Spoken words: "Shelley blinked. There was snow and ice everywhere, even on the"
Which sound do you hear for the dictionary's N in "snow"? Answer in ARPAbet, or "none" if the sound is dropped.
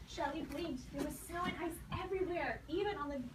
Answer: none